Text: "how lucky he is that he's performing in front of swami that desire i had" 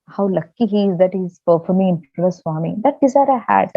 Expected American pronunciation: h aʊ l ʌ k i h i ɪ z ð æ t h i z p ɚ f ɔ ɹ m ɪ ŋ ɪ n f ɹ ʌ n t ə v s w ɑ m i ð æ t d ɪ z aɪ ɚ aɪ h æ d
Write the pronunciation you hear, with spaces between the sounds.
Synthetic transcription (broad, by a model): h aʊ l ʌ k i h i ɪ z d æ t h i z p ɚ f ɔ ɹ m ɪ ɪ n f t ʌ t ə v s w ɑ m i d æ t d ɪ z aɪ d aɪ h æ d